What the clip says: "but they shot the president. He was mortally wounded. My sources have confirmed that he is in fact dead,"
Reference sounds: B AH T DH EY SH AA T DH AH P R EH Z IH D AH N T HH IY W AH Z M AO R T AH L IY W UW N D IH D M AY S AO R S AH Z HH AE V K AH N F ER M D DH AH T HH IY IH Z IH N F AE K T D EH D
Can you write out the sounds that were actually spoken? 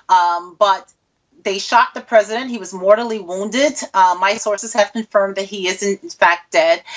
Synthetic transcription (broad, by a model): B AH T DH EY SH AA T DH AH P R EH Z IH D AH N T HH IY W AH Z M AO R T L IY W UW N D IH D M AY S AO R S AH Z HH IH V K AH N F ER M DH AH T HH IY IH Z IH N F AE K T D EH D